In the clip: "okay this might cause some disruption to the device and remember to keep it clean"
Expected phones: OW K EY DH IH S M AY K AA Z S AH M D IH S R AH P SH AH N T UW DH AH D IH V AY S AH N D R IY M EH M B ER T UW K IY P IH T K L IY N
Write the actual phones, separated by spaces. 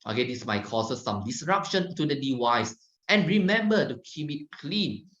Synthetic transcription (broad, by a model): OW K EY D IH S M AY K AA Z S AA M D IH S R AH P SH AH N T UW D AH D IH W AY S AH N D R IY M EH M B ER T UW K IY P IH T K L IY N